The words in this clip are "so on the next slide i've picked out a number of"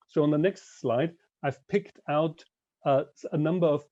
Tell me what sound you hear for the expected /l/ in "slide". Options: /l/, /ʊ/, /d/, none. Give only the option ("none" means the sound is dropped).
/l/